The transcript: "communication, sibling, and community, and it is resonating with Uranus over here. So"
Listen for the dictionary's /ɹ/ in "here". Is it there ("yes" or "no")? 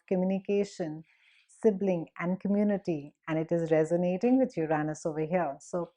no